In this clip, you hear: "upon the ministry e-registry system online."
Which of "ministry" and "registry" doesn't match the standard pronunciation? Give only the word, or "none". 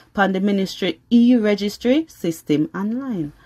none